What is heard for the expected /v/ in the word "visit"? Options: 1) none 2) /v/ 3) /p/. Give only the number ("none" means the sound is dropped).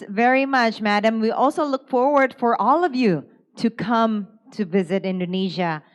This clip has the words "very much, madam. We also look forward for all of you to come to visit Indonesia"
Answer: 2